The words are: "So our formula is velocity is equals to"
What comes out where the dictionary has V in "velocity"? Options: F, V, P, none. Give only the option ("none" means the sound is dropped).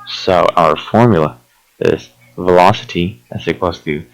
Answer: V